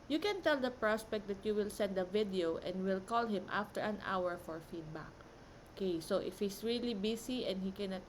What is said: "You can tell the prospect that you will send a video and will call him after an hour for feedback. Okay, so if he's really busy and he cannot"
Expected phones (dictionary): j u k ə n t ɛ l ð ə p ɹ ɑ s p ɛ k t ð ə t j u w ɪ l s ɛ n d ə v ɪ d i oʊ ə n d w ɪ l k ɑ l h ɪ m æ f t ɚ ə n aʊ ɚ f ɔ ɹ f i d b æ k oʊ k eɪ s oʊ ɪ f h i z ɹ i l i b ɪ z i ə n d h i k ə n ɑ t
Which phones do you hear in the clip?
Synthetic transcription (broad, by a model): j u k ə n t ɛ l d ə p ɹ ɑ s p ɛ k t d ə t j u w ɪ l s ɛ n d ə v ɪ d i oʊ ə n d w ɪ l k ɑ l h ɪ m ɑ f t ɚ ə n aʊ ɚ f ɔ ɹ f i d b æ k oʊ k eɪ s oʊ ɪ f h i s ɹ i l i b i s i ə n d h i k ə n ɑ t